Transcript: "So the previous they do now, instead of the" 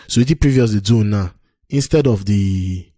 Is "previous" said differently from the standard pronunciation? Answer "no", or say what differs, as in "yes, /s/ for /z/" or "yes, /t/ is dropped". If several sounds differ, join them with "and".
no